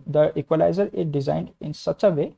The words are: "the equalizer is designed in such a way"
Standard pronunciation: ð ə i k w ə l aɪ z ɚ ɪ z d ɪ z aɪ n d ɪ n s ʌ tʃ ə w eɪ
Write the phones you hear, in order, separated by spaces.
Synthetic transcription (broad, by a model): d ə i k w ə l aɪ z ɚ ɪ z d ɪ z aɪ n d ɪ n s ʌ tʃ ə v eɪ